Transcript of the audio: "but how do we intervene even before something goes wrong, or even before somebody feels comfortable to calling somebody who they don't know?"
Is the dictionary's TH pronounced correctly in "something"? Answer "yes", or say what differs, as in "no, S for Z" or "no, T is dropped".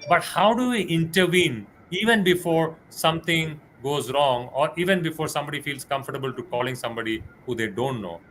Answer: no, T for TH